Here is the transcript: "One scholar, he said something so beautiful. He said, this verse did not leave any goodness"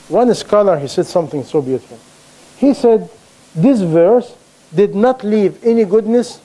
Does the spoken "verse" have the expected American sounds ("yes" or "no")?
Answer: yes